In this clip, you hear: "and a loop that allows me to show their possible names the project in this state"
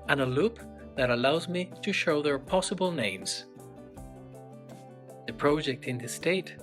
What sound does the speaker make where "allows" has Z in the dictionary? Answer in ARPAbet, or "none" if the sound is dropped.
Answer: Z